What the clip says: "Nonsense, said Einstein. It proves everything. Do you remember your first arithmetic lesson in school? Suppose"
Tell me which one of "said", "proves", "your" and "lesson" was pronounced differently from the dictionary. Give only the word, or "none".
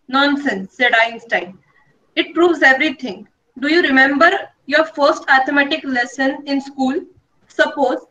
none